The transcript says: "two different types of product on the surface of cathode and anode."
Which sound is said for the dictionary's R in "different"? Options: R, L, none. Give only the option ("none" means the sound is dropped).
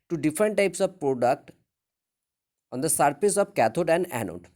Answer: R